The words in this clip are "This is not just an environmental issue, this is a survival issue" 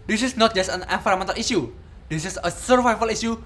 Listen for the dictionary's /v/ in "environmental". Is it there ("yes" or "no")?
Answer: no